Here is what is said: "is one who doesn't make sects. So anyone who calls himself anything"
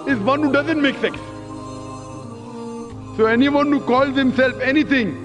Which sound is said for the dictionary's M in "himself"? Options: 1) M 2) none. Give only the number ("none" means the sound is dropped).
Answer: 1